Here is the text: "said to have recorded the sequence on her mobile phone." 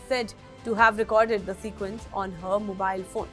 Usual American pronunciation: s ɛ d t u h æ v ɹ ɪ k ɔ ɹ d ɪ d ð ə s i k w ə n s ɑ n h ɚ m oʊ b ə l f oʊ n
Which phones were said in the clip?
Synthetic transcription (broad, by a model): s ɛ d t u h æ v ɹ ɪ k ɔ ɹ d ɪ d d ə s i k w ə n s ɑ n h ɚ m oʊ b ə l f oʊ n